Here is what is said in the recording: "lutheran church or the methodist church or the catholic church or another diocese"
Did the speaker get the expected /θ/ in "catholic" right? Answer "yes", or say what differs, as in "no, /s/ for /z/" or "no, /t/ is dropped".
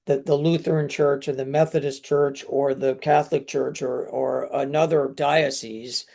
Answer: yes